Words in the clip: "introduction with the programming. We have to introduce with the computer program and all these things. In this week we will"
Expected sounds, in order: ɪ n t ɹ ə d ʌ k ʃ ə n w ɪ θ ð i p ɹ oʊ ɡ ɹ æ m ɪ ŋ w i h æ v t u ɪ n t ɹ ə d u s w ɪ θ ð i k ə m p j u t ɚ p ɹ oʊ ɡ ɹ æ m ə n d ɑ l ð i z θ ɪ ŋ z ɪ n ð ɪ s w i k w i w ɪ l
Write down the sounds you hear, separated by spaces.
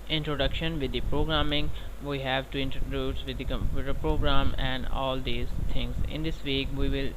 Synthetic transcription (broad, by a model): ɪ n t ɹ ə d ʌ k ʃ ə n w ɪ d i p ɹ oʊ ɡ ɹ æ m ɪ ŋ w i h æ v t u ɪ n t ɹ ə d u s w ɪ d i k ə m p j u t ɚ p ɹ oʊ ɡ ɹ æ m ə n d ɑ l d i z t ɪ ŋ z ɪ n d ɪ s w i k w i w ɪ l